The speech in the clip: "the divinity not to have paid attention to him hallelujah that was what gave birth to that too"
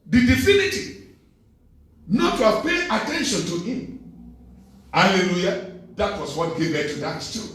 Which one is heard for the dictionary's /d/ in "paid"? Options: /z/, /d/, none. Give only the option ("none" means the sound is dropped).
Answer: none